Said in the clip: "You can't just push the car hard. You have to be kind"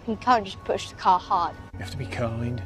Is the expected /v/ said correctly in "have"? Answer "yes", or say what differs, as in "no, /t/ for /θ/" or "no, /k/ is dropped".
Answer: no, /f/ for /v/